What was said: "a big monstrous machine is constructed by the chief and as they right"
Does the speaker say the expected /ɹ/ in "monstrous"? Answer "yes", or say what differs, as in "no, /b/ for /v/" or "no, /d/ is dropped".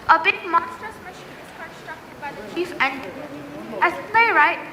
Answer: no, /ɹ/ is dropped